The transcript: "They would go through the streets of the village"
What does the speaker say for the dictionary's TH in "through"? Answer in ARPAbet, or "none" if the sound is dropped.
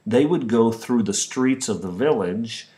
TH